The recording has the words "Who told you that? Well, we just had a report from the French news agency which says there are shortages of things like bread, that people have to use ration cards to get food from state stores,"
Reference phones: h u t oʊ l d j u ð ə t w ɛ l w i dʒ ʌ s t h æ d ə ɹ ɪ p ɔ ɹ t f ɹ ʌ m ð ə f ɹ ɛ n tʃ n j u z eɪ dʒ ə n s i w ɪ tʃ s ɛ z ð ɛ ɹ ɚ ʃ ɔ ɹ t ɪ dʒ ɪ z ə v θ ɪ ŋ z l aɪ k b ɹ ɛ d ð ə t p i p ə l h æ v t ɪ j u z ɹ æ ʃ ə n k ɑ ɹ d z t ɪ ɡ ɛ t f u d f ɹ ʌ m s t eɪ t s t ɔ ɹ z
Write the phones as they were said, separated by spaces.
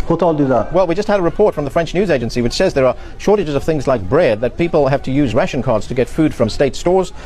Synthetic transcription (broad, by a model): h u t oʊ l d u ð ə t w ɛ l w i dʒ ʌ s t h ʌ d ə ɹ ɪ p ɔ ɹ t f ɹ ʌ m ð ə f ɹ ɛ n tʃ n j u z eɪ dʒ ə n s i w ɪ tʃ s ɛ z ð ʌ ɹ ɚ ʃ ɔ ɹ t ɪ dʒ ɪ z ə v θ ɪ ŋ z l aɪ k b ɹ ɛ d ð ə t p i p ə l h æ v t ɪ j u z ɹ æ ʃ ə n k ɑ ɹ d z t ɪ ɡ ɛ t f u d f ɹ ʌ m s t eɪ t s t ɔ ɹ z